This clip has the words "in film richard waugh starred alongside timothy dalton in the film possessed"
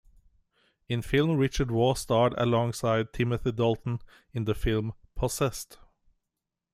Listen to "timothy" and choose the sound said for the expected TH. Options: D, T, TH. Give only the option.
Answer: TH